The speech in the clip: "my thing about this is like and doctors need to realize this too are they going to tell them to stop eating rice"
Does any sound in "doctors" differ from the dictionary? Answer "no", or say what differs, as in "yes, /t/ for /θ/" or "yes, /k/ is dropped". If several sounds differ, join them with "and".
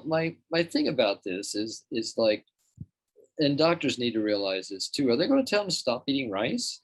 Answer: no